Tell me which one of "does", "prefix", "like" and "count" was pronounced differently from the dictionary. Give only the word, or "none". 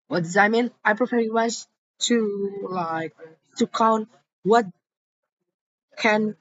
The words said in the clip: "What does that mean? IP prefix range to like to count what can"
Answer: prefix